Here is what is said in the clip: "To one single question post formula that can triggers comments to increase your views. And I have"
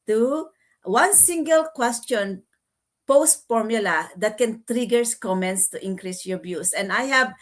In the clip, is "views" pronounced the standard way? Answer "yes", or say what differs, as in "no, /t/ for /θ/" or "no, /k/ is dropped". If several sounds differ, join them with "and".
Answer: no, /b/ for /v/ and /s/ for /z/